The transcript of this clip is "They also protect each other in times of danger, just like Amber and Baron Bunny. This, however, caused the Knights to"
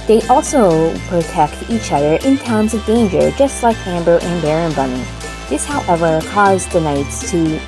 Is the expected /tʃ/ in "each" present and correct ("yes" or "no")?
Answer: yes